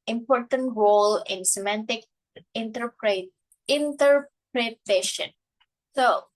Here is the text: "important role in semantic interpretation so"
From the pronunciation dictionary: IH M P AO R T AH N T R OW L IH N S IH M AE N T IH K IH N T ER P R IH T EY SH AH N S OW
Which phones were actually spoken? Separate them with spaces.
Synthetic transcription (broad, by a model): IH M P AO R T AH N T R OW L IH N S IH M AE N T IH K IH N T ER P R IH T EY SH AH N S OW